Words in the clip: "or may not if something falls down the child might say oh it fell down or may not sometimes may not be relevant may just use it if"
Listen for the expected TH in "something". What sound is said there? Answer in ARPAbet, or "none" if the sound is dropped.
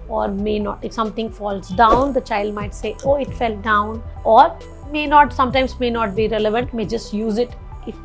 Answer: T